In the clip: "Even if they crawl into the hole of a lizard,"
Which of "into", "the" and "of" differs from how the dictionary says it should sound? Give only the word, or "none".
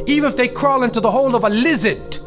none